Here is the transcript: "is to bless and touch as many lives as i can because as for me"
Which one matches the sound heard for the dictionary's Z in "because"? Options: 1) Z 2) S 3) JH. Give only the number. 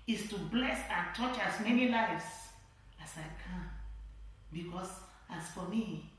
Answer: 2